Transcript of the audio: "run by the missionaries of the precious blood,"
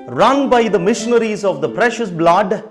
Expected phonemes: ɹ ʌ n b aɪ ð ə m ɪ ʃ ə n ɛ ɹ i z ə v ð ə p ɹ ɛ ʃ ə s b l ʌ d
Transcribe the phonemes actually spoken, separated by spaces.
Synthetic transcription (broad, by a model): ɹ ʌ n b aɪ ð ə m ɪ ʃ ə n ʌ ɹ i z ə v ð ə p ɹ ɛ ʃ ə s b l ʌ d